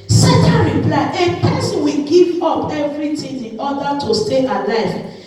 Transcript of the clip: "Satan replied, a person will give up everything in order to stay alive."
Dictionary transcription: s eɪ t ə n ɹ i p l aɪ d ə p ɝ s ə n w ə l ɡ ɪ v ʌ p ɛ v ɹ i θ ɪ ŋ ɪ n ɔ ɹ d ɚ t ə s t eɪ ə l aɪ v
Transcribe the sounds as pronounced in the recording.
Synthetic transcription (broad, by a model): s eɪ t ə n ɹ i p l aɪ ə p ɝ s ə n w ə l ɡ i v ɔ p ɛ v ɹ i t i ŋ ɪ n ɔ d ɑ t ə s t eɪ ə l aɪ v